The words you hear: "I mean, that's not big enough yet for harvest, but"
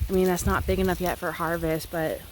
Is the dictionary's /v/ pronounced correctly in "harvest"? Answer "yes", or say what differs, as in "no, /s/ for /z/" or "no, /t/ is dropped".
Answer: yes